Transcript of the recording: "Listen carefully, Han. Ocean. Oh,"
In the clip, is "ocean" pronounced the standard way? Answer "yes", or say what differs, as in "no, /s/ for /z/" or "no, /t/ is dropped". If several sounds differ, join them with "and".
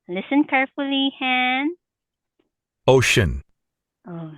yes